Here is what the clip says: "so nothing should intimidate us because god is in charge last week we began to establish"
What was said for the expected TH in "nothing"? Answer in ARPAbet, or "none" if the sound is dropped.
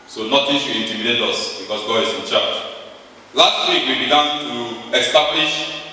T